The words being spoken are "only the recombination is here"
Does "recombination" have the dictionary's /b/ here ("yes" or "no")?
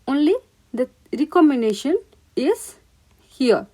no